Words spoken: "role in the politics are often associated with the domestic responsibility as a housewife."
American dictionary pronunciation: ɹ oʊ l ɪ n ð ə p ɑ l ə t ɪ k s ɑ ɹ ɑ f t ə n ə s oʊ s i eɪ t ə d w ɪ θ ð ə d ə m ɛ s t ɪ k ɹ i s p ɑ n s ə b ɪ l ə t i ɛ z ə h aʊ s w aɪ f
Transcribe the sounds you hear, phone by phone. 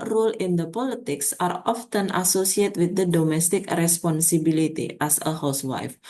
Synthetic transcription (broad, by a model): ɹ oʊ l ɪ n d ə p ɑ l ə t ɪ k s ɑ ɹ ɑ f t ə n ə s oʊ s i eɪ t w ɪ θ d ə d ə m ɛ s t ɪ k ɹ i s p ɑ n s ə b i l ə t i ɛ s ə h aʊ s w aɪ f